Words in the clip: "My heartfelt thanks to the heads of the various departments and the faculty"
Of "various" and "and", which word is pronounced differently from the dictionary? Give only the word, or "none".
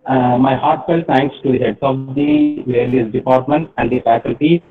various